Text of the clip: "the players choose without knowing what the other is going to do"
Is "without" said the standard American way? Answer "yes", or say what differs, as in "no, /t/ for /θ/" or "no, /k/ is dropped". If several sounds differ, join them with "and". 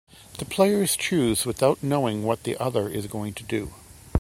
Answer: yes